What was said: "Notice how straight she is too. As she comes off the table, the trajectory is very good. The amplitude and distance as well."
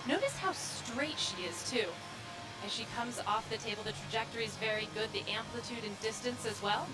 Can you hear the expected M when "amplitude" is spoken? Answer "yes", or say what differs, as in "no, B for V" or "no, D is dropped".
yes